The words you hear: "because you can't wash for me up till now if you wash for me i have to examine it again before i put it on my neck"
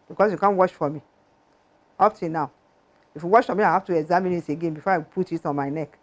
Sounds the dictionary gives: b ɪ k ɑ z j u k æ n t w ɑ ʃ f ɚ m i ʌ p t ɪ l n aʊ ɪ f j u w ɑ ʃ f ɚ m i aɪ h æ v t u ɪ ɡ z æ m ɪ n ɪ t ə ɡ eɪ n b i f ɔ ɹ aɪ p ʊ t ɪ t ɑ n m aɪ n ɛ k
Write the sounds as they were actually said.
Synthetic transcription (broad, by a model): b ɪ k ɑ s j u k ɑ n w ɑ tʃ f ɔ m i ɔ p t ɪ n n aʊ ɪ f j u w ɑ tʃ f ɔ m i aɪ h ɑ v t u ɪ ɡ z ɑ m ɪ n ɪ t ə ɡ eɪ n b i f ɔ aɪ p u t ɪ t ɑ n m aɪ n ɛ k